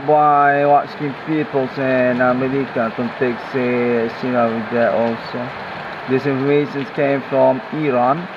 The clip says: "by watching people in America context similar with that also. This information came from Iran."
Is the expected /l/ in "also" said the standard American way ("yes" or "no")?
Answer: yes